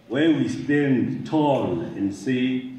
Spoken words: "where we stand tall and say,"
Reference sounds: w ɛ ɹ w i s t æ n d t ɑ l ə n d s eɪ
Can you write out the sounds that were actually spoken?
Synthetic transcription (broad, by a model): w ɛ w i s t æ n d t ɑ l ə n d s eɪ